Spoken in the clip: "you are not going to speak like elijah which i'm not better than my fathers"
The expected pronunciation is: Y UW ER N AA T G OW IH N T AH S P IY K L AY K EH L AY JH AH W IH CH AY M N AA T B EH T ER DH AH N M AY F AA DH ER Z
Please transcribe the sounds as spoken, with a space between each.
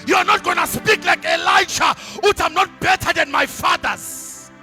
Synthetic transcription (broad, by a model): Y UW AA N AA T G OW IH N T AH S P IY K L AY K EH L AY SH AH W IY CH AY M N AA T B EH T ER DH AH N M AY F AA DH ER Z